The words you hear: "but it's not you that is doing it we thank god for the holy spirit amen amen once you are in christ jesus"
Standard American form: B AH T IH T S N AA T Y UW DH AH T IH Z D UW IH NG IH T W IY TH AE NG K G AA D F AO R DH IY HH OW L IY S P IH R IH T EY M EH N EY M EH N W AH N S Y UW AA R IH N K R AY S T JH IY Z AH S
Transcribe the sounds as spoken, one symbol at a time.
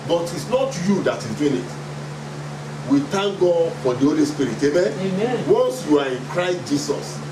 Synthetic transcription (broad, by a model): B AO T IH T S N AA T Y UW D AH T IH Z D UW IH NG IH T W IY T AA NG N G AA D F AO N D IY HH OW L IY S P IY R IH T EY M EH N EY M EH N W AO S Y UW AA R IH N K R AY S T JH IY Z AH S